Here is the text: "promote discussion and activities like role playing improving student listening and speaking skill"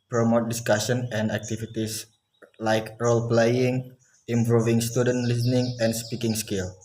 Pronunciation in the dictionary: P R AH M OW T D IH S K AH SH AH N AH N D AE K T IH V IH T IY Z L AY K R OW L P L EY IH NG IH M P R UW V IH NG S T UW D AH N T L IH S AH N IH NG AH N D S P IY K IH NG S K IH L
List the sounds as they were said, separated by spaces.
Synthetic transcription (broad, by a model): P R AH M OW T D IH S K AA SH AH N AH N D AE K T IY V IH T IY S L AY K R OW L P L EY IH NG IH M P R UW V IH NG S T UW D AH N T L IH S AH N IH NG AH N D S P IY K IH NG S K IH L